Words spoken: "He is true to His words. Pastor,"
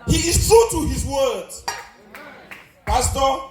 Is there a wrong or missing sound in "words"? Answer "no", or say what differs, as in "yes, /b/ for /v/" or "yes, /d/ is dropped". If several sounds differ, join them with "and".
yes, /z/ is dropped